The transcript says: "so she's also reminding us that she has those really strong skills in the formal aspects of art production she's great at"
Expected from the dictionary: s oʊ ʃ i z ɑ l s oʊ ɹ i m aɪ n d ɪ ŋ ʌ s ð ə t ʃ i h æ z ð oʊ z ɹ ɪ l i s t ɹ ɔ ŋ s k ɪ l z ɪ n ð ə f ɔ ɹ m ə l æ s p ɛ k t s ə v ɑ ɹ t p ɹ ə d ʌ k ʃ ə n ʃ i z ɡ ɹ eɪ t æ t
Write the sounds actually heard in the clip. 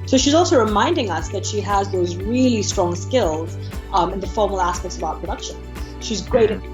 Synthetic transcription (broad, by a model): s oʊ ʃ i z ɑ l s oʊ ɹ i m aɪ n d ɪ ŋ ʌ s ð ə t ʃ i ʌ z ð oʊ z ɹ ɪ l i s t ɹ ɔ ŋ s k ɪ l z ɪ n ð ə f ɔ ɹ m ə l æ s p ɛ k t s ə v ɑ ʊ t p ɹ ə d ʌ k ʃ ə n ʃ i z ɡ ɹ eɪ t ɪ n